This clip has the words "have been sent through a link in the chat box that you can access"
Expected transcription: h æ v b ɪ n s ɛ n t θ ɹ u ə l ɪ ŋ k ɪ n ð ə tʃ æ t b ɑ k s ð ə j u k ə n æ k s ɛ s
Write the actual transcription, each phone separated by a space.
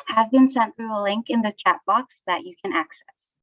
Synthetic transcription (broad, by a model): h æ v b ɪ n s ɛ n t θ ɹ u ə l ɪ ŋ k ɪ n ð ə tʃ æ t b ɑ k s ð ə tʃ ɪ k ə n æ k s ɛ s